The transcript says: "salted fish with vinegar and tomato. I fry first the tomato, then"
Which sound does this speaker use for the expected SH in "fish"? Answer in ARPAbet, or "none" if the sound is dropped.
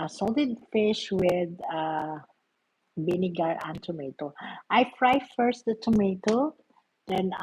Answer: SH